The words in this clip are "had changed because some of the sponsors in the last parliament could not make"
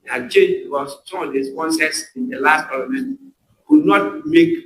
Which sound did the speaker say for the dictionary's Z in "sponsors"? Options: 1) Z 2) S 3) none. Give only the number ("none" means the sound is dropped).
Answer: 2